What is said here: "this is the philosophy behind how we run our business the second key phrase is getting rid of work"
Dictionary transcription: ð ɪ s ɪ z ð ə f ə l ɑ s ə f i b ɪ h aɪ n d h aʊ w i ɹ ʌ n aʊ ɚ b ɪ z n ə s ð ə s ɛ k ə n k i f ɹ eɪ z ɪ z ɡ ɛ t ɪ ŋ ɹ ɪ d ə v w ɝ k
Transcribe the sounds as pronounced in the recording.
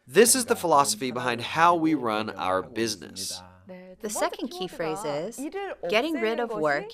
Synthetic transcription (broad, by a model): ð ɪ s ɪ z ð ə f ə l ɑ s ə f i b ɪ h aɪ n d h aʊ w i ɹ ʌ n aʊ ɚ b ɪ z n ə s ð ə s ɛ k ə n k i f ɹ eɪ z ɪ z ɡ ɛ t ɪ ŋ ɹ ɪ d ə v w ɝ k